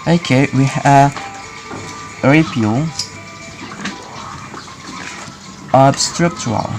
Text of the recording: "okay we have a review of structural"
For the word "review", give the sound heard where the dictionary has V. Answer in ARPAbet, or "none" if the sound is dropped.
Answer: none